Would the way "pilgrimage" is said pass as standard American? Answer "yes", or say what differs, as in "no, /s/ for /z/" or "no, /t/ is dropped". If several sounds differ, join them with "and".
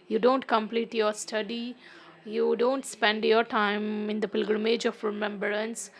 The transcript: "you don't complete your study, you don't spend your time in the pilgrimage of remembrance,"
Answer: yes